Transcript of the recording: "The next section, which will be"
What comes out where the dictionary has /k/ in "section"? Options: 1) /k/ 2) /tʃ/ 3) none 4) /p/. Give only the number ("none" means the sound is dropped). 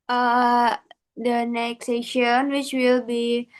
3